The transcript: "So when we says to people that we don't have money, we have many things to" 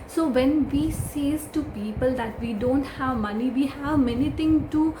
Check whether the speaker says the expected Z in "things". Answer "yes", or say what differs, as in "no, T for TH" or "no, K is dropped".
no, Z is dropped